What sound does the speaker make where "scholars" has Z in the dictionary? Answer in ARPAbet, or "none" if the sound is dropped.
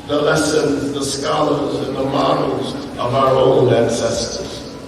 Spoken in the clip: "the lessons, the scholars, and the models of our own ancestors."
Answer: Z